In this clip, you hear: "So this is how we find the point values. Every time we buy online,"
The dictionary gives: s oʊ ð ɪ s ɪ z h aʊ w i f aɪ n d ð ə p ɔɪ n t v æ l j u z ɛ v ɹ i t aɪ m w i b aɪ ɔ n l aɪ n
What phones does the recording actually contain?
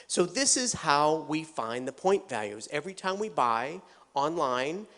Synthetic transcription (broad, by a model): s oʊ ð ɪ s ɪ z h aʊ w i f aɪ n ð ə p ɔɪ n t v æ l j u z ɛ v ɹ i t aɪ m w i b aɪ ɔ n l aɪ n